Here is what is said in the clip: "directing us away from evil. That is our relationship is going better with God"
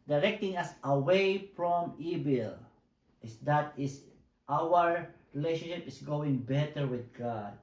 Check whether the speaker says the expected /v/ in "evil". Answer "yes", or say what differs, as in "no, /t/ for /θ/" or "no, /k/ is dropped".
no, /b/ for /v/